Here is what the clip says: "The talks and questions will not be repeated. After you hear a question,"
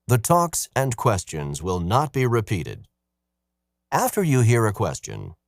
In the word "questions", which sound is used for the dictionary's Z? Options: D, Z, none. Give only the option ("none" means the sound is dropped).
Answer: Z